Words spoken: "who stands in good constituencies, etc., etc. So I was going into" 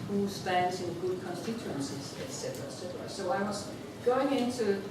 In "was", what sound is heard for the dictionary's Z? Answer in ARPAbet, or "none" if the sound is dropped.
S